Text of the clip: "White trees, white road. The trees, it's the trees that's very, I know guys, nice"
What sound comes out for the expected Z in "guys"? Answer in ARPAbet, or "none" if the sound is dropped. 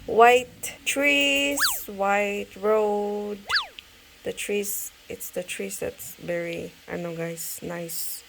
S